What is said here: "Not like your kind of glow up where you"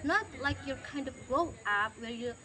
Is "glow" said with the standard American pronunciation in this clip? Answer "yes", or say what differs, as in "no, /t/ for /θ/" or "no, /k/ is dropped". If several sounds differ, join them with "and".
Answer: no, /l/ is dropped